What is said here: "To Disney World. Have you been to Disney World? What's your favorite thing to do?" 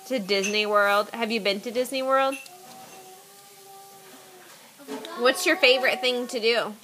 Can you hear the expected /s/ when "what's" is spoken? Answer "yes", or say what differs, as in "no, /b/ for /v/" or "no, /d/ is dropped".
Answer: yes